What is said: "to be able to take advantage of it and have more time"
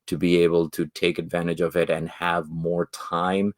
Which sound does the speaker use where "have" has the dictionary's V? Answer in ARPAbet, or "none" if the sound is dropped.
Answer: V